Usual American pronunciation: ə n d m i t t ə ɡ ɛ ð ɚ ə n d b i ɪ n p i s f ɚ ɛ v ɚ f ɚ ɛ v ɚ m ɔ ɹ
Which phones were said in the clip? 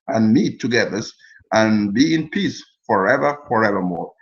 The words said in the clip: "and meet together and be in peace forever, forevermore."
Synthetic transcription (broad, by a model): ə n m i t t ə ɡ ɛ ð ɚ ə n b i ɪ n p i s f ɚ ɛ v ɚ f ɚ ɛ v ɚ m ɔ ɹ